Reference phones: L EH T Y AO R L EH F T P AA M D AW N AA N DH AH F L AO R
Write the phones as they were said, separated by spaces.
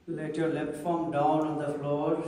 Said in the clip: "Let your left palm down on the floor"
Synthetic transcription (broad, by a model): L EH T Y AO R L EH P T F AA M D AW N AA N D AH F L AO R